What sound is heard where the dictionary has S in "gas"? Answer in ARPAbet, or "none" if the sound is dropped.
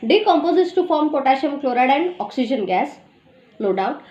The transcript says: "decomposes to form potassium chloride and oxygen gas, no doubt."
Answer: S